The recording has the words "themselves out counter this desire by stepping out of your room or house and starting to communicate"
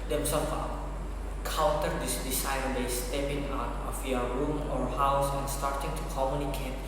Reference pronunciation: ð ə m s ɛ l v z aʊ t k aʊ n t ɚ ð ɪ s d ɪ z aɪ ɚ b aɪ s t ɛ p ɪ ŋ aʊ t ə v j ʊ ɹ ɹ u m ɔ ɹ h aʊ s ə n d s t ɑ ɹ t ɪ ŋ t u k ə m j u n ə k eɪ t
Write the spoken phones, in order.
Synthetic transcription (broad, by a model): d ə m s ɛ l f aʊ k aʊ l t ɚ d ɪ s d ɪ s aɪ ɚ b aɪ s t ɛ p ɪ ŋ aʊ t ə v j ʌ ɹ ɹ u m ɔ ɹ h aʊ s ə n s t ɑ ɹ t ɪ ŋ t u k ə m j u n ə k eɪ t